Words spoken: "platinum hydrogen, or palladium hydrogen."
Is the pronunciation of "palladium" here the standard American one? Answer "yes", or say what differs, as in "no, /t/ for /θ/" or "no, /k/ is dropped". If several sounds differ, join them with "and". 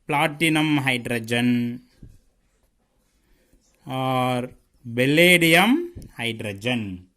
no, /b/ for /p/